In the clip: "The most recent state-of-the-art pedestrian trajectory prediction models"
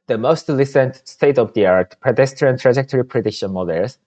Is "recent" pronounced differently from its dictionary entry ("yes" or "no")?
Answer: yes